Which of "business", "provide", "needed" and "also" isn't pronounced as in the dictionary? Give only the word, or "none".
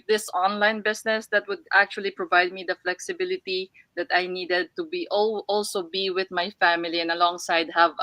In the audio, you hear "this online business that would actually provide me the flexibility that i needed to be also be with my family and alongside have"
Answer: business